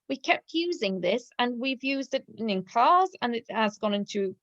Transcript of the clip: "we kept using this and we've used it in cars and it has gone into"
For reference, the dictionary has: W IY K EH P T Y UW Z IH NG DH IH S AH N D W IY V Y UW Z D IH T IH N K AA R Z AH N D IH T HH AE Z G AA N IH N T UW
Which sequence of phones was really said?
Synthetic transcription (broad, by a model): W IY K EH P T Y UW Z IH NG DH IH S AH N W IY V Y UW Z D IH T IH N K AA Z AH N IH T HH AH Z G AA N IH N T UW